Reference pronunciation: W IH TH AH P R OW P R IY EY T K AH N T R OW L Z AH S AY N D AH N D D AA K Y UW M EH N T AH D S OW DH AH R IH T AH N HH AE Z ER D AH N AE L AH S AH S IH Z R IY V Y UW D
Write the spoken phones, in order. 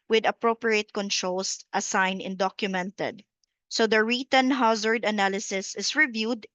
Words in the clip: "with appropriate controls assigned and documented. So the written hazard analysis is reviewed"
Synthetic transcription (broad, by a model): W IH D AH P R OW P R IY EY T K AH N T R OW L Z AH S AY N AH N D D AA K Y UW M EH N T AH D S OW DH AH R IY T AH N HH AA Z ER D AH N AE L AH S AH S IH S R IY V Y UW D